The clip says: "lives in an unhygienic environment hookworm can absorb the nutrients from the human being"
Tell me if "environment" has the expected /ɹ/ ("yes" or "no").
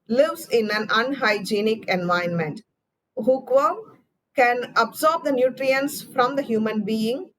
no